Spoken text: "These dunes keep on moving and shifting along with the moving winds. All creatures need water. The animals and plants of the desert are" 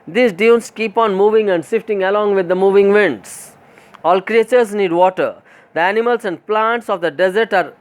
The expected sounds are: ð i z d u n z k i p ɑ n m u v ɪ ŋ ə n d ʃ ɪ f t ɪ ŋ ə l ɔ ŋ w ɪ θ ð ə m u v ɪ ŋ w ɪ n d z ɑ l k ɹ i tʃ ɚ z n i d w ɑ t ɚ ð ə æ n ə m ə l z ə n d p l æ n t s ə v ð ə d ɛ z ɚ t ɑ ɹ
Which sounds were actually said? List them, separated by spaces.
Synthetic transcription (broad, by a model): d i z d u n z k i p ɑ n m u v ɪ ŋ ə n d s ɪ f t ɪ ŋ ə l ɔ ŋ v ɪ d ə m u v ɪ ŋ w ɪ n d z ɑ l k ɹ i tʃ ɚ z n i d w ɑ t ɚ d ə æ n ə m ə l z ə n d p l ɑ n t s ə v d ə d ɛ z ɚ t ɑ ɹ